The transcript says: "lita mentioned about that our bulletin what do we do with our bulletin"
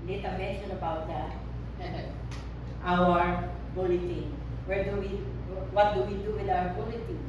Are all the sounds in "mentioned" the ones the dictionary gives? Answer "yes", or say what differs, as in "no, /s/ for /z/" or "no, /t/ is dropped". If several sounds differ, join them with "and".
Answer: no, /d/ is dropped